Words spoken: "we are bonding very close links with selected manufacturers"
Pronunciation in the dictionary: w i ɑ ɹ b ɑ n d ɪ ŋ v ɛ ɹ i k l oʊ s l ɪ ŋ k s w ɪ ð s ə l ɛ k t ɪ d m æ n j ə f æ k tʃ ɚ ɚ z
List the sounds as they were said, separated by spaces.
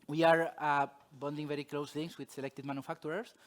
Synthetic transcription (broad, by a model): w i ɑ ɹ b ɑ n d ɪ ŋ v ɛ ɹ i k l oʊ s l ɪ ŋ s w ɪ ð s ə l ɛ k t ɪ d m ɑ n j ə f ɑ k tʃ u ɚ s